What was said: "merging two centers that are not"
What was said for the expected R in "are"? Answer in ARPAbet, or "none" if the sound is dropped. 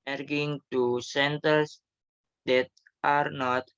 R